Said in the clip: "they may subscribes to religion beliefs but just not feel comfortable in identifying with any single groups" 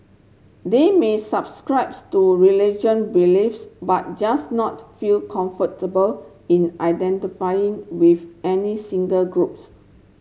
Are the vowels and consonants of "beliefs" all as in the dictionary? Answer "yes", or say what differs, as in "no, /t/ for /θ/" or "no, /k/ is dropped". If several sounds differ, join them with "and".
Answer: yes